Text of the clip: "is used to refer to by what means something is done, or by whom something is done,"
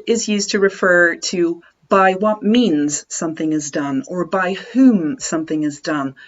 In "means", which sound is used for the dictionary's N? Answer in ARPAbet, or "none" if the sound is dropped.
N